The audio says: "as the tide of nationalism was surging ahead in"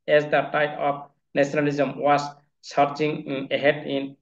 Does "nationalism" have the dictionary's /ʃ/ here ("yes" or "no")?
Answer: no